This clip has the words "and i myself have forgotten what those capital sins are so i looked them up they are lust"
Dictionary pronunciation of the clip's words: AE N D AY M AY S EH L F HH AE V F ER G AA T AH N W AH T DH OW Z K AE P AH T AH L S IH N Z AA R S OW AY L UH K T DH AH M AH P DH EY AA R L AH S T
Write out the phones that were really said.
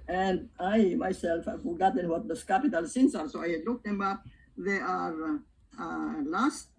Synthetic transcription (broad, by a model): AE N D AY M AY S EH L F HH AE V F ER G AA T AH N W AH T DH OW S K AE P AH T AH L S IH N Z AA R S OW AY L UH K T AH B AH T DH EY AA R L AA S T